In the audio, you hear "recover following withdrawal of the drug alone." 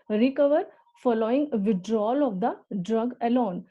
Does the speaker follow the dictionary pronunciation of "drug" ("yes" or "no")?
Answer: yes